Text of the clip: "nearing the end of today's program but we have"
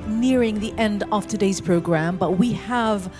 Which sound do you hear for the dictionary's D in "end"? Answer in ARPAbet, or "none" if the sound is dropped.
D